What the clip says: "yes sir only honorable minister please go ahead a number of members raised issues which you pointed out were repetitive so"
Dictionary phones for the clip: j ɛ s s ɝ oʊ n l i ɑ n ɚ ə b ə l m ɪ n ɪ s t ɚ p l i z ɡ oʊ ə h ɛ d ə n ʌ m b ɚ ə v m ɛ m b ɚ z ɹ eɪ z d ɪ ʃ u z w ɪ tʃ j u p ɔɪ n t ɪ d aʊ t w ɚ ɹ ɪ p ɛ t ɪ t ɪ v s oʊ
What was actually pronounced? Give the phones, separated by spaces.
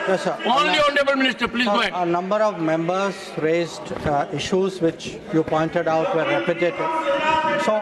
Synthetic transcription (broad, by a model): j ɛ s s ɝ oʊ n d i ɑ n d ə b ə l m ɪ n ɪ s t ɚ p l i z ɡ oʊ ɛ ə n ʌ m b ɚ ə v m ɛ m b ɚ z ɹ eɪ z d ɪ ʃ u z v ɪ tʃ j u p ɔɪ n t ɪ d aʊ t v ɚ ɹ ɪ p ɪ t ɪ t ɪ s oʊ